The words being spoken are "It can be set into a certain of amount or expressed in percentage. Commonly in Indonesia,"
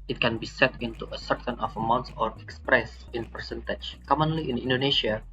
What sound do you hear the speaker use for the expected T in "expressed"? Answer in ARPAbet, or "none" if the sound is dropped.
none